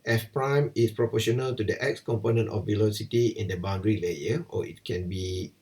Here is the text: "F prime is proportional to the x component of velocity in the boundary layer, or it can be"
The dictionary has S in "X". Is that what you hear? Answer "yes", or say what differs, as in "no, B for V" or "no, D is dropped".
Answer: yes